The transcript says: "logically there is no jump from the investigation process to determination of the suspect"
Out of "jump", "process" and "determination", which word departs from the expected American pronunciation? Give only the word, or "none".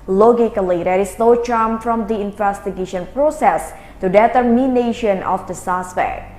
jump